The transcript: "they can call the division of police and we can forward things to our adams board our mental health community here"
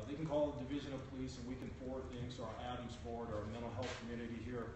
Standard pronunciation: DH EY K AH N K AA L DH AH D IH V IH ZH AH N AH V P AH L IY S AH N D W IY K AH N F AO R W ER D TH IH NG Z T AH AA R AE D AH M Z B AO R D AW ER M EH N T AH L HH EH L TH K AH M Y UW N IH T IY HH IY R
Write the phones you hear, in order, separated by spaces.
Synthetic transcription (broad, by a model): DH EY K N K AA L DH AH D IH V IH ZH AH N AH V P AH L IY S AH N W IY K AH N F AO R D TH IH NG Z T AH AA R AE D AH M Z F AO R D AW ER M EH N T L HH EH L TH K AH M Y UW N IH T IY HH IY R